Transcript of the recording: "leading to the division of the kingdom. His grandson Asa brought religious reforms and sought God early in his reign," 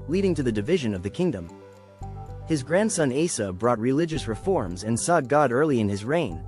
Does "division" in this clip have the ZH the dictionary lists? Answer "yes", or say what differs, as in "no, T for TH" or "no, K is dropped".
yes